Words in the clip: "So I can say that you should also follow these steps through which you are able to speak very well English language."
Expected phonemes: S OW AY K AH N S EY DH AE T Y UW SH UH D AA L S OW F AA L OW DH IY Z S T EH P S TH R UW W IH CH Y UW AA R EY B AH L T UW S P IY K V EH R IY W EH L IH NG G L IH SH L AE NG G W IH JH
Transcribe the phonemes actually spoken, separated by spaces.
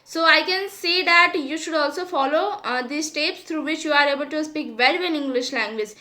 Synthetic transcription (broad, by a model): S OW AY K AH N S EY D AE T Y UW SH UH D AA L S OW F AA L OW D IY S T EH P S T R UW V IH CH Y UW AA R EY B AH L T UW S P IY K V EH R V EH N IH NG G L IH SH L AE NG G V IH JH